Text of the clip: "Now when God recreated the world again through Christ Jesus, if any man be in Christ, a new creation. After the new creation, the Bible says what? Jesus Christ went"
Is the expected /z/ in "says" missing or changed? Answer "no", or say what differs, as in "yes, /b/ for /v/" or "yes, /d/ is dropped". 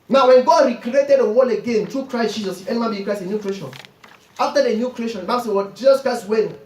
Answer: yes, /z/ is dropped